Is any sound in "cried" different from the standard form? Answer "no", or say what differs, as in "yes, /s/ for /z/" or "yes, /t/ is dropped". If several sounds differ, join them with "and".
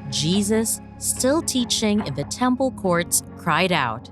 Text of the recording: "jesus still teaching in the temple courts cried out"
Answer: no